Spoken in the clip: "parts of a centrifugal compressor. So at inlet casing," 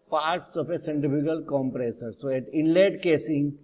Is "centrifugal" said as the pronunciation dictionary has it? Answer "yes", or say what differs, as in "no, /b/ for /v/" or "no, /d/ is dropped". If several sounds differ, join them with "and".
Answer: no, /ɹ/ is dropped